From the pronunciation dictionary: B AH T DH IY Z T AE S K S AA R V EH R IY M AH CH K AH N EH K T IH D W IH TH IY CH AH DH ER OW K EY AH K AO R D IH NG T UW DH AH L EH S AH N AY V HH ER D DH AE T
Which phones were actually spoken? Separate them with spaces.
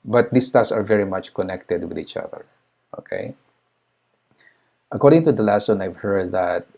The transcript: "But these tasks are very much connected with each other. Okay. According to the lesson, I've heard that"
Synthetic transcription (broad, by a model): B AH T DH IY S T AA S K S AA R V EH R IY M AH CH K AH N EH K T IH D W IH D IY CH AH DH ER OW K EY AH K AO R D IH NG T UW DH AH L EH S AH N AY V HH ER D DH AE T